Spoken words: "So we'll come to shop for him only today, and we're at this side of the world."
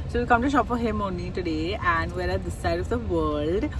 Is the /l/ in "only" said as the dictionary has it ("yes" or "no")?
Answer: no